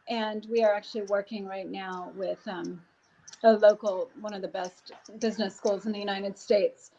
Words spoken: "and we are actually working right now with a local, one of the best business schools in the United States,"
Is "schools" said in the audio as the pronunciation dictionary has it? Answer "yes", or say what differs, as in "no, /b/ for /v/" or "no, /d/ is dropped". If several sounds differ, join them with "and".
yes